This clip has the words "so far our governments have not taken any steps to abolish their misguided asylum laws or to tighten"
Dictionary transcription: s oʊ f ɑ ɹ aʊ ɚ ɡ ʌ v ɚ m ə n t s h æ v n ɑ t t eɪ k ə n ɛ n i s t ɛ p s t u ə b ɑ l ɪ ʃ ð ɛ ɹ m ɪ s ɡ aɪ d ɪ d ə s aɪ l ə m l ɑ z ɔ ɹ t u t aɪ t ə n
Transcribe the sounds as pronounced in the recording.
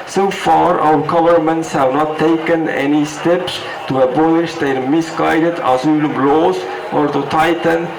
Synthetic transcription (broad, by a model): s oʊ f ɑ ɹ aʊ ɚ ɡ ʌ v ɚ m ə n t s h æ v n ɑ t t eɪ k ə n ɛ n i s t ɛ p s t u ə b ɑ l ɪ ʃ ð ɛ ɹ m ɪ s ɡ aɪ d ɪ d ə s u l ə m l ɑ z ɔ ɹ t u t aɪ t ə n